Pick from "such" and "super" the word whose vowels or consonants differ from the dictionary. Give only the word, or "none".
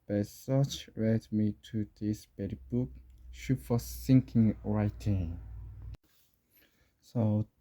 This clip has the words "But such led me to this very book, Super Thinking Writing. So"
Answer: super